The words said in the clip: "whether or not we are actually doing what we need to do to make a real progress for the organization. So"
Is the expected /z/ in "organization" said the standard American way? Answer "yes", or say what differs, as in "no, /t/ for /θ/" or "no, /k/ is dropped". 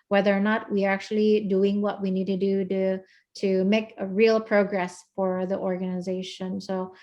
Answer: yes